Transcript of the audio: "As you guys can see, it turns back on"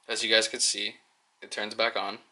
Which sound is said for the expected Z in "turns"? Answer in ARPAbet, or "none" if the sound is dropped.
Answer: Z